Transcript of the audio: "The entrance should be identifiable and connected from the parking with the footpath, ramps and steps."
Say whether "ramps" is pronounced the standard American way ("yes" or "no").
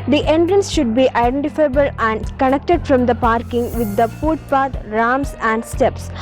no